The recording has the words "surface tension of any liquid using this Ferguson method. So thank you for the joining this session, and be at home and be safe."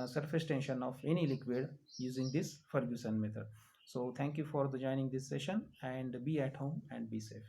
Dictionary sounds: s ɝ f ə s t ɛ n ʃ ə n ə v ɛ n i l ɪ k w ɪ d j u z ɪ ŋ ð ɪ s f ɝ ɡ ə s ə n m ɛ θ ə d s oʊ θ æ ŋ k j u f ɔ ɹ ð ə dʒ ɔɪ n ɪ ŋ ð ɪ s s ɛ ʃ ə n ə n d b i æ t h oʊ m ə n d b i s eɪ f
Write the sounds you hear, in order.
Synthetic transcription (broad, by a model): s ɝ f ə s t ɛ n ʃ ə n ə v ɛ n i l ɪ k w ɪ d j u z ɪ ŋ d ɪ s f ɝ ɡ ə s ə n m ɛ t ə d s oʊ t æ ŋ k j u f ɔ ɹ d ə dʒ ɔɪ n ɪ ŋ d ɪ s s ɛ ʃ ə n ə n d b i æ t h oʊ m ə n d b i s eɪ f